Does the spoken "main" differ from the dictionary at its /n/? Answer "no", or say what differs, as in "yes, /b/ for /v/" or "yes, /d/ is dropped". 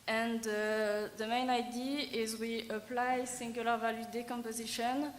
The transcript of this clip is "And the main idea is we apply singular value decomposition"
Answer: no